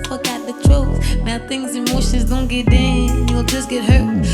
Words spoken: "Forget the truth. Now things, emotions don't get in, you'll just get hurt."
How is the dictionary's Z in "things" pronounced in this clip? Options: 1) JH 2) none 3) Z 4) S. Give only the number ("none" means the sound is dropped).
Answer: 3